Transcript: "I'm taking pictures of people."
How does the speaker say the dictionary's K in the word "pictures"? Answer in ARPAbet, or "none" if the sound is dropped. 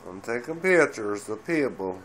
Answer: none